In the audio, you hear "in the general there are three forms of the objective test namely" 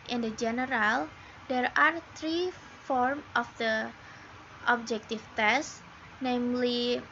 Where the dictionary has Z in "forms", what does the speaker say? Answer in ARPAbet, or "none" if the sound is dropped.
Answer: none